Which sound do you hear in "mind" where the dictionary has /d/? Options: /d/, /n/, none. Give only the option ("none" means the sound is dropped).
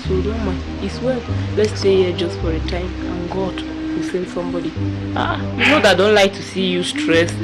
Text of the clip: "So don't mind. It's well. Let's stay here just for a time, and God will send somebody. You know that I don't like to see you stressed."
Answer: none